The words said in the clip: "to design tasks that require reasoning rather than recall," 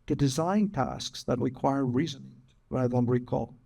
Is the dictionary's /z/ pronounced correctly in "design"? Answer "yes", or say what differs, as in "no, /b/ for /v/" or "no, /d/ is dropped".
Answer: yes